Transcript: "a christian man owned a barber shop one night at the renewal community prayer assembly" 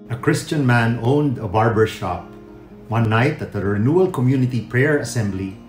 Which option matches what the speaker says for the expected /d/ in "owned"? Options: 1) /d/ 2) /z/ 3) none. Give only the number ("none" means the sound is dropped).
1